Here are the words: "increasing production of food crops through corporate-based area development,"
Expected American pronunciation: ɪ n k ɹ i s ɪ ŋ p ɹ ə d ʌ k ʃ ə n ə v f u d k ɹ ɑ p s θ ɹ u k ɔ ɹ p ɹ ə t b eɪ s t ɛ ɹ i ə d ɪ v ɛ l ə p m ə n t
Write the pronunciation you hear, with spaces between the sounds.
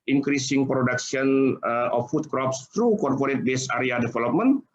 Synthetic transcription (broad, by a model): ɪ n k ɹ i s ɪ ŋ p ɹ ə d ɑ k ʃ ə n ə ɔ f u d k ɹ ɑ p s t ɹ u k ɔ ɹ p ɹ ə t b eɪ s ɑ ɹ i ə d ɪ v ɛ l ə p m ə n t